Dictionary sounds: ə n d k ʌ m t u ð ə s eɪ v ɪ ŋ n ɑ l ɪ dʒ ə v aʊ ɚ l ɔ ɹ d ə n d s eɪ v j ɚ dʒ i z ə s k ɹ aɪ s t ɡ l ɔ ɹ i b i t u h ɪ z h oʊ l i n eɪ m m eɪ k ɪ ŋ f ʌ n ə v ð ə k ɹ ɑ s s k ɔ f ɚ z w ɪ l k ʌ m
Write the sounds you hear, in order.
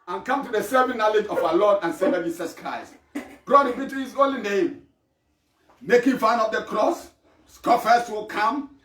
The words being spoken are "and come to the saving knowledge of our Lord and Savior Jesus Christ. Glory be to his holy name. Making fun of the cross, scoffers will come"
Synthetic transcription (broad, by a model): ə n k ʌ m t u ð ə s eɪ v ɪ n ɑ l ɪ dʒ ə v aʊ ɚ l ɔ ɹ d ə n s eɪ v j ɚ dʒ i s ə s k ɹ aɪ s t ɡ ɔ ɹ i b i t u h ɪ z oʊ l i n eɪ m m eɪ k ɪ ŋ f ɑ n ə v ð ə k ɹ ɑ s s k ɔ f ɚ s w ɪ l k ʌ m